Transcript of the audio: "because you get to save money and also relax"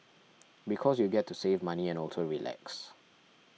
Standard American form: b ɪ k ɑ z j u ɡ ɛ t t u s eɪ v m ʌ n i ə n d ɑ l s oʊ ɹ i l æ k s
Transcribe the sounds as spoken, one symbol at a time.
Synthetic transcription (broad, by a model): b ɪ k ɑ s j u ɡ ɛ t t u s eɪ v m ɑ n i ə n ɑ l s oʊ ɹ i l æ k s